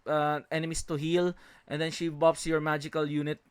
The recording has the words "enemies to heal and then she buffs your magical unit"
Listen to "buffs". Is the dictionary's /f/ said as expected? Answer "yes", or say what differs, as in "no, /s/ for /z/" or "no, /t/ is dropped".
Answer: no, /p/ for /f/